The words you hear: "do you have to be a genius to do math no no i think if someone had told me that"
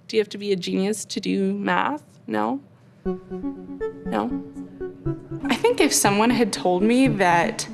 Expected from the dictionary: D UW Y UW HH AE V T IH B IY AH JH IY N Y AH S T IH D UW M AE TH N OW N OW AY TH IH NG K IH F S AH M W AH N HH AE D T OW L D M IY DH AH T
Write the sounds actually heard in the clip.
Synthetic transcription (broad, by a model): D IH Y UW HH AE F T IH B IY AH JH IY N Y AH S T IH D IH M AE TH N OW N OW AY TH IH NG K IH F S AH M W AH N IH D T OW L D M IY DH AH T